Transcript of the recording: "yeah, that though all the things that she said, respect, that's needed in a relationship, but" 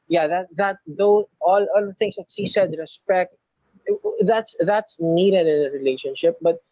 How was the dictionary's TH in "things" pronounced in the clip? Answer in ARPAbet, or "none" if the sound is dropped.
T